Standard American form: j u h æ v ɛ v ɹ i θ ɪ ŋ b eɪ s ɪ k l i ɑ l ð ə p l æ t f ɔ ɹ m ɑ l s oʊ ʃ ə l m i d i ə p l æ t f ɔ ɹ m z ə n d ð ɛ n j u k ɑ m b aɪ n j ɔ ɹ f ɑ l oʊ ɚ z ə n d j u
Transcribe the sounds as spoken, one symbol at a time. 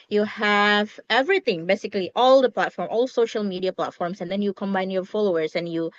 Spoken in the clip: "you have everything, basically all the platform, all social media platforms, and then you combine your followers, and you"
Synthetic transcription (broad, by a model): j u h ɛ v ɛ v ɹ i t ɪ ŋ b eɪ s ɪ k l i ɑ l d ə p l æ t f ɔ ɹ m ɑ l s oʊ ʃ ə l m i d i ə p l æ t f ɔ ɹ m s ə n d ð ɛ n j u k ɑ m b aɪ n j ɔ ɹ f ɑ l oʊ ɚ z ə n j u